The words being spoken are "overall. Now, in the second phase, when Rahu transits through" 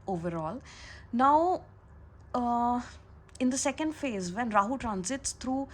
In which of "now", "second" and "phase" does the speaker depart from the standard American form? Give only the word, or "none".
none